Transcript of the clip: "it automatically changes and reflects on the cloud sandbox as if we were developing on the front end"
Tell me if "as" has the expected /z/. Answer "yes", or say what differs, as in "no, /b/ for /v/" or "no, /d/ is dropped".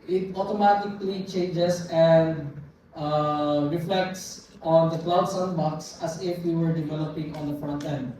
no, /s/ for /z/